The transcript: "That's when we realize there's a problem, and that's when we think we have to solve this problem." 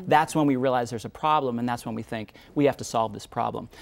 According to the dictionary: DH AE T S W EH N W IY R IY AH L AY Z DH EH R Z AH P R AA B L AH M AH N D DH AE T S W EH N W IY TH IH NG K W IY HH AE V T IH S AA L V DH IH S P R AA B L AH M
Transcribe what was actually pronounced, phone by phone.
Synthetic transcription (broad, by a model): DH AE T S W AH N W IY R IY AH L AY Z DH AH R Z AH P R AA B L AH M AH N DH AE T S W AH N W IY TH IH NG K W IY HH AE F T IH S AA L V DH IH S P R AA B L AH M